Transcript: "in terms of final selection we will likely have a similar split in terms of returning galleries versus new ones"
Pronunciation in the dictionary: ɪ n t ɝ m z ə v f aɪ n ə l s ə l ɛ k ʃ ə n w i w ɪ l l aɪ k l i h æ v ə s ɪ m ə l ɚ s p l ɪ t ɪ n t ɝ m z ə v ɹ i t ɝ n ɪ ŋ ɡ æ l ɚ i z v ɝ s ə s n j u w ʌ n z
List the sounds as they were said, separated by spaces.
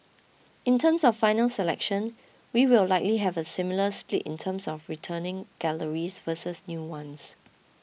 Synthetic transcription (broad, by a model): ɪ n t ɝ m s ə f aɪ n ə l s ə l ɛ k ʃ ə n w i w ɪ l l aɪ k l i h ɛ v ə s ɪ m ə l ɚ s p l ɪ t ɪ n t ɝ m s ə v ɹ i t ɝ n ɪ ŋ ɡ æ l ɚ i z v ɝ s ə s n j u w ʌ n s